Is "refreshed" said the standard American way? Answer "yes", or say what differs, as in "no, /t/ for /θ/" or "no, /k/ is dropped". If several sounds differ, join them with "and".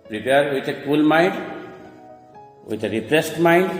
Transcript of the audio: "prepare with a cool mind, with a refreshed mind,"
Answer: no, /p/ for /f/ and /s/ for /ʃ/